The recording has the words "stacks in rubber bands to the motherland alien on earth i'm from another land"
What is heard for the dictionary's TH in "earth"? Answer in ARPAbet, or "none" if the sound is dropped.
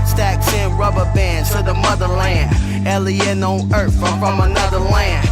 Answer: F